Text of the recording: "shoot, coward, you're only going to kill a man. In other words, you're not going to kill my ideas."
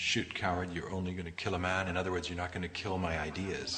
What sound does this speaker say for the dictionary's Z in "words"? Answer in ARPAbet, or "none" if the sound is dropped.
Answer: Z